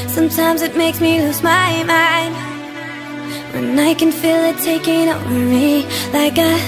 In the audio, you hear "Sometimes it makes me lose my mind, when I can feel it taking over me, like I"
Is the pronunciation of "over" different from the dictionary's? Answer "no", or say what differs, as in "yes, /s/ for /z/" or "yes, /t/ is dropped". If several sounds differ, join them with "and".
yes, /w/ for /v/